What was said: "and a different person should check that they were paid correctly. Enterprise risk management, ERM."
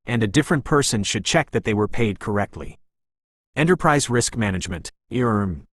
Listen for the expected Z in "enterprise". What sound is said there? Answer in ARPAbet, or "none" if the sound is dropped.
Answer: Z